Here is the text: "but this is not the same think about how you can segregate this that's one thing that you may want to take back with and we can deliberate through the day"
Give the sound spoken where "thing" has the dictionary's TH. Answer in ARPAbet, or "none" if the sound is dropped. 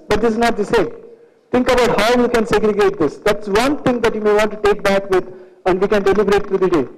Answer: T